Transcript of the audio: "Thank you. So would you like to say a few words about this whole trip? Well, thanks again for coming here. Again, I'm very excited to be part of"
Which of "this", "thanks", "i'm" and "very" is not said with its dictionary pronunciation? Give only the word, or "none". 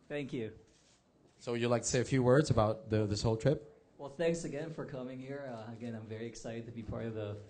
none